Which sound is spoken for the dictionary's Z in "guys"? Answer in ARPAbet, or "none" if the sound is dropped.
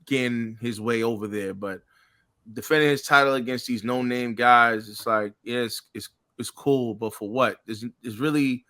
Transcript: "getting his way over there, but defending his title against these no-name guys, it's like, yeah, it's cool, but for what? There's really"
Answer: Z